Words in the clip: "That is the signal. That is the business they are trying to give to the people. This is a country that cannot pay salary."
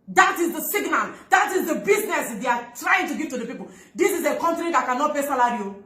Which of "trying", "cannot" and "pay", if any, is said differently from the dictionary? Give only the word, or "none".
pay